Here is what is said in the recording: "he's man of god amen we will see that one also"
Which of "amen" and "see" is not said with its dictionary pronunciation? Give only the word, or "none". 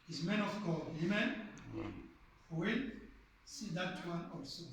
none